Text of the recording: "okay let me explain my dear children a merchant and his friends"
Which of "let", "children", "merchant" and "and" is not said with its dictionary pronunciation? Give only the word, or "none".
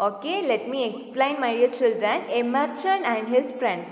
merchant